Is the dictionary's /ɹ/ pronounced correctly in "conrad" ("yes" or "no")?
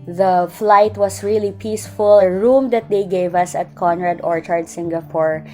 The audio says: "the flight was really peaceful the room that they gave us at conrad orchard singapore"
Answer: yes